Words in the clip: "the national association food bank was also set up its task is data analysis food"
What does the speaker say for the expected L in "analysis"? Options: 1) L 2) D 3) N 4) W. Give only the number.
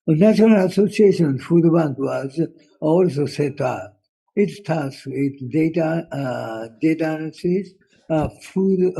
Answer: 3